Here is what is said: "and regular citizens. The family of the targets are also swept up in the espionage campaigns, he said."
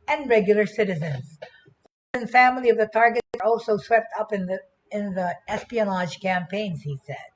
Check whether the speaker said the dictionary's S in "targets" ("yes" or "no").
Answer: no